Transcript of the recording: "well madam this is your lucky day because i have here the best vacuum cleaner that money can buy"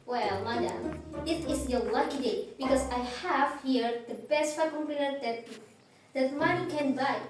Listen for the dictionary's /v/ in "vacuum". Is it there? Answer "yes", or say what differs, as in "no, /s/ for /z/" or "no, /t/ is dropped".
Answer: no, /f/ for /v/